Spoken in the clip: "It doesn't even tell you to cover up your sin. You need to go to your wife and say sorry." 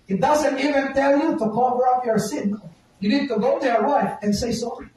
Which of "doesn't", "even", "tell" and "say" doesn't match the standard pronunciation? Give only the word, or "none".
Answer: none